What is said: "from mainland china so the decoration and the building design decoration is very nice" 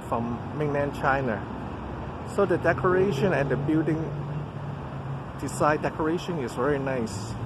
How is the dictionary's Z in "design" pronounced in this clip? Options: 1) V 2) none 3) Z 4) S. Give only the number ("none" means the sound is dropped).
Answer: 4